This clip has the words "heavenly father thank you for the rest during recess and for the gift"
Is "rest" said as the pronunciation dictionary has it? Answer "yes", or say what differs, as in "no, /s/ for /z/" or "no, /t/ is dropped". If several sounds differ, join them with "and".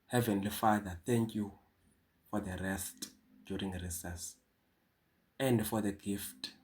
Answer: yes